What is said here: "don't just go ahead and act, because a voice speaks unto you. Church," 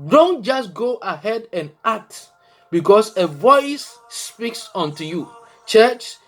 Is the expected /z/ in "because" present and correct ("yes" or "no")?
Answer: no